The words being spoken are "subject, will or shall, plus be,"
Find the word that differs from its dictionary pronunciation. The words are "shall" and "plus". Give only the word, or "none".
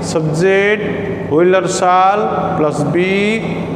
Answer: shall